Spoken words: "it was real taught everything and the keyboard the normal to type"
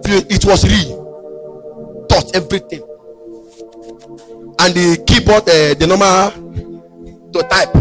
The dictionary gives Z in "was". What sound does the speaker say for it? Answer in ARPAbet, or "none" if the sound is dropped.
S